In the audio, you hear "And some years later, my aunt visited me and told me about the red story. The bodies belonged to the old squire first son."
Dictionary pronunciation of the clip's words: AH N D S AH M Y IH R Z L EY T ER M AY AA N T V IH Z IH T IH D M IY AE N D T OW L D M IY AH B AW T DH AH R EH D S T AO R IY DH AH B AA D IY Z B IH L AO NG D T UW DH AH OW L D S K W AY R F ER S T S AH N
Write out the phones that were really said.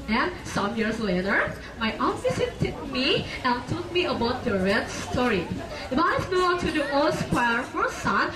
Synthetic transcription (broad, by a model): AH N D S AH M Y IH R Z L EY T ER M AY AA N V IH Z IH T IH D M IY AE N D T OW L D M IY AH B AW T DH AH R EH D S T AO R IY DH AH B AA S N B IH AO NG T UW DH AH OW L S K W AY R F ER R S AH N